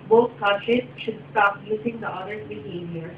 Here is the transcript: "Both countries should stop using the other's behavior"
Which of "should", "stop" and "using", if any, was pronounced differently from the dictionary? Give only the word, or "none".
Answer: using